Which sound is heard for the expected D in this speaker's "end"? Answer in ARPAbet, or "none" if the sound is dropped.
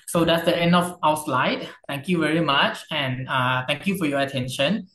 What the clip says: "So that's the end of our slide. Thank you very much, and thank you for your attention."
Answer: D